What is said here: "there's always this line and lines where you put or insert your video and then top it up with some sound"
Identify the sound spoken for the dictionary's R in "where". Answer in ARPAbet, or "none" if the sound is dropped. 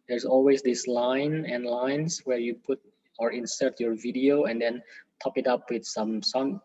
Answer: R